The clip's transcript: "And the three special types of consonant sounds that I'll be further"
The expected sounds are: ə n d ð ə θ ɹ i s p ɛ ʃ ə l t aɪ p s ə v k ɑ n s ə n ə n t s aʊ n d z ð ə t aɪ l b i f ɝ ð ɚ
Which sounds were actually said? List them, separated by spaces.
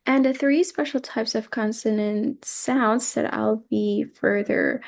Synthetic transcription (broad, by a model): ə n ð ə θ ɹ i s p ɛ ʃ l t aɪ p s ə v k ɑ n s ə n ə n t s aʊ n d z ð ə t aɪ l b i f ɝ ð ɚ